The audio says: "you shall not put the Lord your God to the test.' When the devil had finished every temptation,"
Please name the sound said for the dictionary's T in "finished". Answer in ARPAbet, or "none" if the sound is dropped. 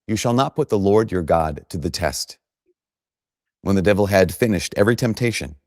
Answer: T